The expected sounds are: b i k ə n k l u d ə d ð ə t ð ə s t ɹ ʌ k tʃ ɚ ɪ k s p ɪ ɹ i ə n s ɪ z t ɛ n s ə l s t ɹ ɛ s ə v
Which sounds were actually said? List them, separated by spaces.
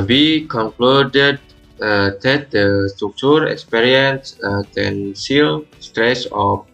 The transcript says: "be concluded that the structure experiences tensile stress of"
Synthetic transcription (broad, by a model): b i k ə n k l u d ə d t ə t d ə s t ɹ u k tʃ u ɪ k s p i ɹ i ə n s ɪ t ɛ n s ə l s t ɹ ɛ s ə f